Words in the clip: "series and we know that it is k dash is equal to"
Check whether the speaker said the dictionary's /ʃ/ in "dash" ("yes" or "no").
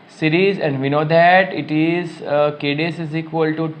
no